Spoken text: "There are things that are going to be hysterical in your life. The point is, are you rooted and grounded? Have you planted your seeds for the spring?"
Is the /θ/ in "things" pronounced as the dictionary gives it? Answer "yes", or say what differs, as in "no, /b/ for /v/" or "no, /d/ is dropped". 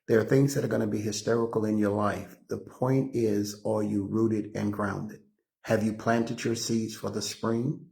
yes